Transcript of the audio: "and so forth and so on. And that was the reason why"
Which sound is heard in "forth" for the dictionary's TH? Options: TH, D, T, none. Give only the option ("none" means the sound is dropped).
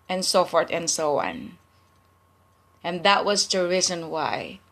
T